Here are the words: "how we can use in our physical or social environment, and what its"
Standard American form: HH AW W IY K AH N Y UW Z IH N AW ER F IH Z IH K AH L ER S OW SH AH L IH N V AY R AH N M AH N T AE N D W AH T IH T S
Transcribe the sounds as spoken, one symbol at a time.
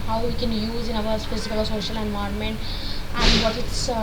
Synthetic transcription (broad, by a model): HH AW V IY K AH N Y UW Z IH N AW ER P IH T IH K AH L ER S OW SH AH L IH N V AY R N M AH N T AE N D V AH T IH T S